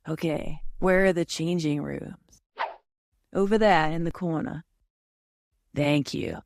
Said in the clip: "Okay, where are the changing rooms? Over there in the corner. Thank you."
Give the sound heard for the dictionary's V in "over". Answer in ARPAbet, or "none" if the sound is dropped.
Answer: V